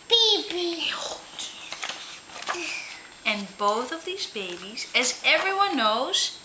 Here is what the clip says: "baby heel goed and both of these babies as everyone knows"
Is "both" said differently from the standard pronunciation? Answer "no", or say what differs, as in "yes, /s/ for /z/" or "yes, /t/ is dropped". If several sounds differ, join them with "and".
no